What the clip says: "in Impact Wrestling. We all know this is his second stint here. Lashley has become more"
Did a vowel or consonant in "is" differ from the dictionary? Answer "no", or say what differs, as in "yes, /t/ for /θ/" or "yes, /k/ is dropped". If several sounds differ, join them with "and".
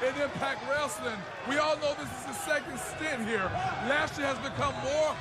no